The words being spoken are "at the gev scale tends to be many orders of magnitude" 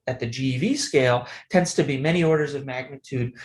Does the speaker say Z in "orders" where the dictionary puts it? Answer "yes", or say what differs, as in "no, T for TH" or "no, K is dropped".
yes